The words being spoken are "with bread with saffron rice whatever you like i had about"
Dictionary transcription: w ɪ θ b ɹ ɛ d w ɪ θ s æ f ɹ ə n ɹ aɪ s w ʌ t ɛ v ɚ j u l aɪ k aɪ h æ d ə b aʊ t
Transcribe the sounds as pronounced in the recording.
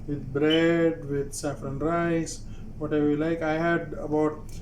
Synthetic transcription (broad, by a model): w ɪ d b ɹ ɛ d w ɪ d s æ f ɹ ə n ɹ aɪ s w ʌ t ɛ ɪ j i l aɪ k aɪ h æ d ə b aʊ t